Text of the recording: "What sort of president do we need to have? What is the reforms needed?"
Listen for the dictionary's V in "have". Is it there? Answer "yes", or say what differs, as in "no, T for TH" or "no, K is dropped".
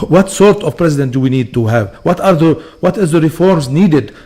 yes